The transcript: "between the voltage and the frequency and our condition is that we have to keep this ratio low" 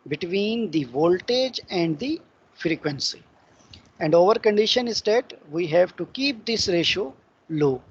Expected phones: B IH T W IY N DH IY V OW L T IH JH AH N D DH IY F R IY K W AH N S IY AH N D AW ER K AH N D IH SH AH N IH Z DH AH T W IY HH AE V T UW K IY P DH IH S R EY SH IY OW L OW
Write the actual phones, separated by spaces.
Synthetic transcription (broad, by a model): B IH T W IY N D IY V OW L T IH JH AH N D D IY F R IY K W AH N S IY AH N D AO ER K AH N D IH SH AH N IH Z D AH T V IY HH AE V T UW K IY P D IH S R EY SH OW L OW